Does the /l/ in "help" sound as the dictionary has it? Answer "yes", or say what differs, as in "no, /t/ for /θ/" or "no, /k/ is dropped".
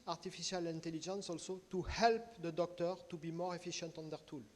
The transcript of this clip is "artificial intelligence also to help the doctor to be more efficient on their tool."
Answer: yes